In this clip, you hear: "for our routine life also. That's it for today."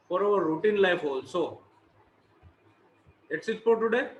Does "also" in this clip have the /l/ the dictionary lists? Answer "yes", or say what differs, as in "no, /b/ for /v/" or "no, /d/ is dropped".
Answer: yes